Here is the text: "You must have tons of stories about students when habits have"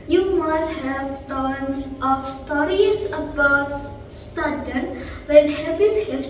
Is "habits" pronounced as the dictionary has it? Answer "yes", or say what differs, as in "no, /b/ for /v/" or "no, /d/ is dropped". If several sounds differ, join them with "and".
no, /s/ is dropped